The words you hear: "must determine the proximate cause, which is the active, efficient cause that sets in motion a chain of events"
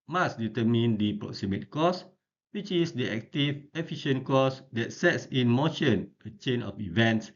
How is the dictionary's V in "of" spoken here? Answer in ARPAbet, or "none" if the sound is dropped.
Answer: F